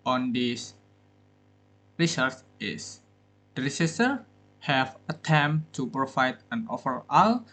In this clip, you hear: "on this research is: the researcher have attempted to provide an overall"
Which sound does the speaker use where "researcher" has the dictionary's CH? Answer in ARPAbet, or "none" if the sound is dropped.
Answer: S